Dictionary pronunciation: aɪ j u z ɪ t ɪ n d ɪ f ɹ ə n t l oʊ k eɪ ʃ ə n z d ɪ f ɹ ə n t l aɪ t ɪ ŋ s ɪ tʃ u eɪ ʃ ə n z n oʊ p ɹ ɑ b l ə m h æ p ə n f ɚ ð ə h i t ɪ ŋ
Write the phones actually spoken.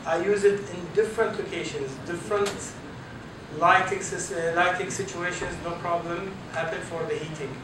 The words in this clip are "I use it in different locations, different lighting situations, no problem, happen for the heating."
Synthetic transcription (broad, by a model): aɪ j u z ɪ t ɪ n d ɪ f ɹ ə n t l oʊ k eɪ ʃ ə n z d ɪ f ɹ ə n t l aɪ t ɪ ŋ s ɪ tʃ u eɪ ʃ ə n z n oʊ p ɹ ɑ b l ə m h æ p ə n f ɚ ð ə h i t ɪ ŋ